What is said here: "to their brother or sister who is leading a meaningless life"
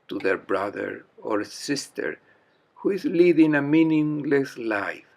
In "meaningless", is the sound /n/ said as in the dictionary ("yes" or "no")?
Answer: yes